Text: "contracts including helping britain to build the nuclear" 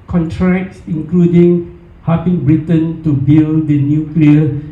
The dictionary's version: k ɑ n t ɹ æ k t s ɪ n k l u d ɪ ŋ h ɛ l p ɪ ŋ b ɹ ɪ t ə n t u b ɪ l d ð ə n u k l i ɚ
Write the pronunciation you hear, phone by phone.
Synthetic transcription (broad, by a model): k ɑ n t ɹ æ k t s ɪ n k l u d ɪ ŋ h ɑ p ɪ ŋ b ɹ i t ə n t u b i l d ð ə n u k l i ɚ